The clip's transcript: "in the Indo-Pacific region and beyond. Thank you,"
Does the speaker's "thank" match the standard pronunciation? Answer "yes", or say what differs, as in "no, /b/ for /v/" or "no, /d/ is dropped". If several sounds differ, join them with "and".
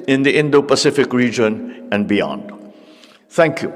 no, /t/ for /θ/